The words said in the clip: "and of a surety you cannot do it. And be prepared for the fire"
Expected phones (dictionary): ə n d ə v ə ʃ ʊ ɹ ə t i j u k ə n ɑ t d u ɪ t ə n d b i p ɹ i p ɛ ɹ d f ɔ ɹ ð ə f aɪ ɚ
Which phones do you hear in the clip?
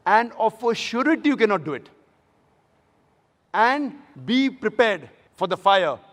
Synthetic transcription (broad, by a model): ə n d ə f ə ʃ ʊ ɹ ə t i j u k ə n ɑ t d u ɪ t ə n d b i p ɹ i p ɛ ɹ d f ɔ ɹ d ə f aɪ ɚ